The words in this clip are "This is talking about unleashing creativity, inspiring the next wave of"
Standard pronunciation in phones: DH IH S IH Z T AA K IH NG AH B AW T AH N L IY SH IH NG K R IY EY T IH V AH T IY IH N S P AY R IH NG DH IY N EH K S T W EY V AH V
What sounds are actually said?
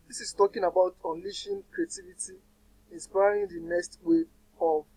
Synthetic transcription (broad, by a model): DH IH S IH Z T AA K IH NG AH B AW T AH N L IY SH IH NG K R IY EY T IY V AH T IY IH N S P AY R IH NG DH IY N EH K S T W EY AH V